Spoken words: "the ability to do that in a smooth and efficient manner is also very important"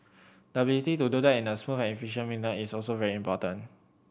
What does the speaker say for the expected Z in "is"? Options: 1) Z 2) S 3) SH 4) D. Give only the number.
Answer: 2